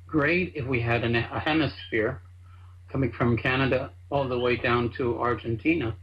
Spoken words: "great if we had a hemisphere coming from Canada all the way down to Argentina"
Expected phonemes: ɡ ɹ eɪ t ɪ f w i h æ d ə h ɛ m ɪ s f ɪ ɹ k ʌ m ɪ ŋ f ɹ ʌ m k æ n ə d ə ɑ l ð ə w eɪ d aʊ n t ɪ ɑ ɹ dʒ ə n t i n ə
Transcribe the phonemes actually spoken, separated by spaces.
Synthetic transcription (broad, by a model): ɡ ɹ eɪ t ɪ f w i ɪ d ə h ɛ m ɪ s f ɪ ɹ k ʌ m ɪ ŋ f ɹ ʌ m k æ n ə d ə ɑ l ð ə w eɪ d aʊ n t ɪ ɑ ɹ dʒ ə n t i n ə